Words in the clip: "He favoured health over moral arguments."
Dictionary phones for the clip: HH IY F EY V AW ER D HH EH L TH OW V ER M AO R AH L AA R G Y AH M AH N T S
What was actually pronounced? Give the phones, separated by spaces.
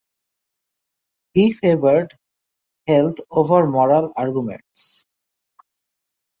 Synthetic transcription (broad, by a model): HH IY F EY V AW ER D HH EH L T OW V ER M AO R AH L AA R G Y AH M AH N T S